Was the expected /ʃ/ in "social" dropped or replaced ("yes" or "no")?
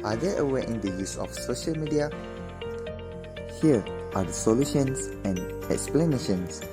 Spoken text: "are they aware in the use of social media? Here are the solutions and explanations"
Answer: no